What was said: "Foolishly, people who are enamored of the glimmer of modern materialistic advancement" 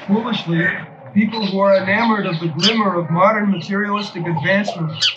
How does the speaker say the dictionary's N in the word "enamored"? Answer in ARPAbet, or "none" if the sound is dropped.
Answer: N